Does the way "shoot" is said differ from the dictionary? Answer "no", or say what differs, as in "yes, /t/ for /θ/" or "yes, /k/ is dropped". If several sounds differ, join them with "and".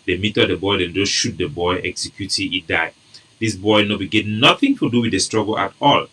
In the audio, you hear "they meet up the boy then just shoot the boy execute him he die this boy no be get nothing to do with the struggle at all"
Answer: no